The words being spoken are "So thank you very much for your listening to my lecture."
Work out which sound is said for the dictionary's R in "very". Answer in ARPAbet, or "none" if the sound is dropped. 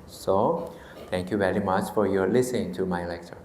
R